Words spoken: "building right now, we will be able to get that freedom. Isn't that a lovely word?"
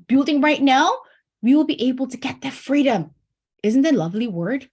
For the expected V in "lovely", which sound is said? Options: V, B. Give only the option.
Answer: V